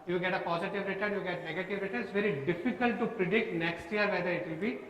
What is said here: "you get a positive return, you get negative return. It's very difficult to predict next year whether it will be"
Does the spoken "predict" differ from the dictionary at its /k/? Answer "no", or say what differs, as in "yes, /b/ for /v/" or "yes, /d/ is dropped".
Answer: no